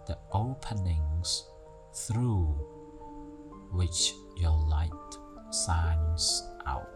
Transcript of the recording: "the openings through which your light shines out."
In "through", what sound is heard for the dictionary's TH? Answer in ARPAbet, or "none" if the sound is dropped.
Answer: TH